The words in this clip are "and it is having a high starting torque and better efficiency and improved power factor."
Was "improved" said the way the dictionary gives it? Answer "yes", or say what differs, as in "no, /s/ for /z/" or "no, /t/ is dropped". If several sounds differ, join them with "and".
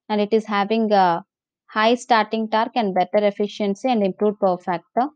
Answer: no, /v/ is dropped